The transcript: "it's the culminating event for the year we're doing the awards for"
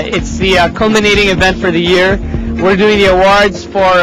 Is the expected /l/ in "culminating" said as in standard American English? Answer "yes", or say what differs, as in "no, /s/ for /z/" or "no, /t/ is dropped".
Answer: yes